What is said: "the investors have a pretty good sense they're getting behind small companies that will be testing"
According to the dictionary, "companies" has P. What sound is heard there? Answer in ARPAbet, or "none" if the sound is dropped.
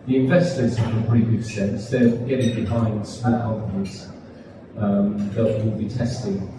none